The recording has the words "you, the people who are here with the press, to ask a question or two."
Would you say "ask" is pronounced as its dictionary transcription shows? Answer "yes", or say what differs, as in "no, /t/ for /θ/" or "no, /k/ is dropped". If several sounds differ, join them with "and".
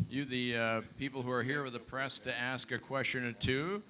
yes